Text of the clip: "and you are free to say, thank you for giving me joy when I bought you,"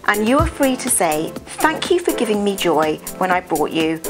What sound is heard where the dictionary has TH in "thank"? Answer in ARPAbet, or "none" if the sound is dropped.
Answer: TH